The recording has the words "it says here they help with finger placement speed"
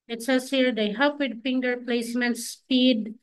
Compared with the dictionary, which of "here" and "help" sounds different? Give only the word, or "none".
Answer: help